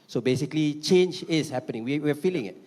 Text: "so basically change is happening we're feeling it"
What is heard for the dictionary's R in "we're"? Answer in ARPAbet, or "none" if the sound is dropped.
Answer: W